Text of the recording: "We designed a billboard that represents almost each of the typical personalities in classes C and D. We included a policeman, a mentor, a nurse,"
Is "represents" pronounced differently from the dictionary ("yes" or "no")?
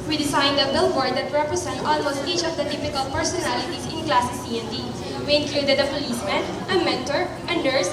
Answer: yes